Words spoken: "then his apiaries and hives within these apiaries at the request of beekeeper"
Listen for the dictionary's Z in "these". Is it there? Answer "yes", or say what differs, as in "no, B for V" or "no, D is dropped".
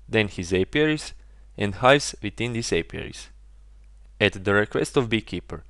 no, S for Z